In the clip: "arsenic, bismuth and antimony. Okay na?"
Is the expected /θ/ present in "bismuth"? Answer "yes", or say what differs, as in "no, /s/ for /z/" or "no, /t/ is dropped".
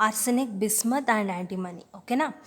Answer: no, /t/ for /θ/